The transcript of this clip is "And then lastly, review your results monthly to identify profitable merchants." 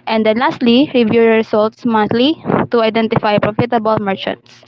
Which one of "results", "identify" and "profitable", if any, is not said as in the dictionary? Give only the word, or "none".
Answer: results